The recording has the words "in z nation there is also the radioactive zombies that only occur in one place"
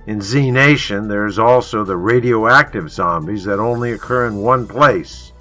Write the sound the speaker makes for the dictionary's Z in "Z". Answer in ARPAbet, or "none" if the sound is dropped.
Z